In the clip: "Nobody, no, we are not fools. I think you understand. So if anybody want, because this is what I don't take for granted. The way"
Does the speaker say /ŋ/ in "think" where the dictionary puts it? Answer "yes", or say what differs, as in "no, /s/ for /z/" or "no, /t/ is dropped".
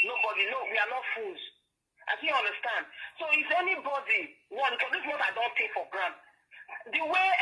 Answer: no, /ŋ/ is dropped